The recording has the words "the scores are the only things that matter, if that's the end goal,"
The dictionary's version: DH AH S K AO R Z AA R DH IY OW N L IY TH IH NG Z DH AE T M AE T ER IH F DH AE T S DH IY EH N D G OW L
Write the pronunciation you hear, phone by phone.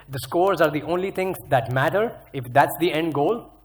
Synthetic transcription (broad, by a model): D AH S K AO R Z AA R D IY OW N L IY T IH NG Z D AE T M AE T ER IH F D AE T S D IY EH N D G OW L